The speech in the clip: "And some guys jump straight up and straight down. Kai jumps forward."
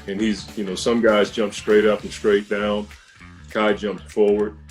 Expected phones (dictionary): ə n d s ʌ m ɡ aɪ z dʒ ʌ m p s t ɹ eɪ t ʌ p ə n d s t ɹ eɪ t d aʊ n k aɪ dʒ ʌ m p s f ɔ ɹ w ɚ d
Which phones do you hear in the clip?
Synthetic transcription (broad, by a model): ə n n s ʌ m ɡ aɪ z dʒ ʌ m p s t ɹ eɪ t ʌ p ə n s t ɹ eɪ t d aʊ n k aɪ dʒ ʌ m p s f ɔ ɹ w ɚ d